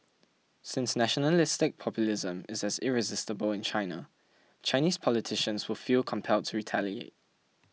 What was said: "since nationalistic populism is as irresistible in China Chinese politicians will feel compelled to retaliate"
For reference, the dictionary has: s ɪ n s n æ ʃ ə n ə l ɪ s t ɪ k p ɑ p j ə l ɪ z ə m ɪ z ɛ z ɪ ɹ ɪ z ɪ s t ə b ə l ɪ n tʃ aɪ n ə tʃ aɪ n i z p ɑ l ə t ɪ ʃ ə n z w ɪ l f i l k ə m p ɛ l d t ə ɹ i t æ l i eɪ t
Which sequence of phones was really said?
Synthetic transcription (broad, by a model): s ɪ n s n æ ʃ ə n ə l ɪ s t ɪ k p ɑ p j ə l ɪ z ə m ɪ z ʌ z ɪ ɹ ɪ z ɪ s t ə b ə l ɪ n tʃ aɪ n ə tʃ aɪ n i z p ɑ l ə t ɪ ʃ ə n z w ɪ l f i l k ə m p ɛ l d t ə ɹ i t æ l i eɪ t